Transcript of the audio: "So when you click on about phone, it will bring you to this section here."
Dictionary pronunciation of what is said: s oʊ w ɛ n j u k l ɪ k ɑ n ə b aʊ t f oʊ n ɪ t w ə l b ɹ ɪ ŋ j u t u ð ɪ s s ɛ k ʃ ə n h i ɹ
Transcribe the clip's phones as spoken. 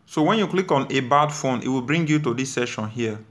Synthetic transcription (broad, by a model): s oʊ w ɛ n j u k l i k ɑ n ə b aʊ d f oʊ n ɪ t w ə l b ɹ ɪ ŋ j u t u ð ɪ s s ɛ ʃ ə n h i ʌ